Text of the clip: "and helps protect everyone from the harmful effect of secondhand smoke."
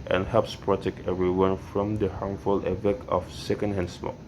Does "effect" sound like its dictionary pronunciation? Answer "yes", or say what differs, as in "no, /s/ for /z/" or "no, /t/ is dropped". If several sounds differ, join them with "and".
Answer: no, /p/ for /f/ and /t/ is dropped